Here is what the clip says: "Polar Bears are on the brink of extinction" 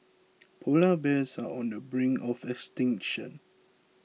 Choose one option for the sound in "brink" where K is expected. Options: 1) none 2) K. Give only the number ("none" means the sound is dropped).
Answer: 1